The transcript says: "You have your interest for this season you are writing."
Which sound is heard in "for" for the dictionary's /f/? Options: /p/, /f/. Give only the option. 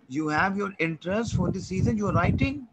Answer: /f/